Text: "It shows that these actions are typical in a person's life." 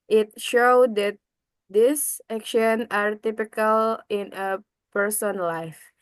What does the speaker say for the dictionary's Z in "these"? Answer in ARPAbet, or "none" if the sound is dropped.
S